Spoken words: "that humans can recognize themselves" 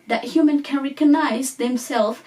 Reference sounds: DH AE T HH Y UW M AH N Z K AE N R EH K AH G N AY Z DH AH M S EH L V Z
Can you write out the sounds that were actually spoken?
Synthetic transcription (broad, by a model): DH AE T HH Y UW M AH N K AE N R EH K AH G N AY Z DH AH M S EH L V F